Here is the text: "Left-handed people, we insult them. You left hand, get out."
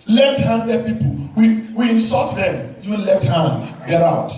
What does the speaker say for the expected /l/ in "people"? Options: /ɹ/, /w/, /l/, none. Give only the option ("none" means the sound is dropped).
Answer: /w/